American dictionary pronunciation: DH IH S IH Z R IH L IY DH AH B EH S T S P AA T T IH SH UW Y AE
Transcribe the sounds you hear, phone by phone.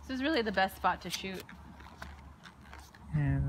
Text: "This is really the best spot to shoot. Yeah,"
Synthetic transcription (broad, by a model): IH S IH Z R IH L IY DH AH B EH S T S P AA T T IH SH UW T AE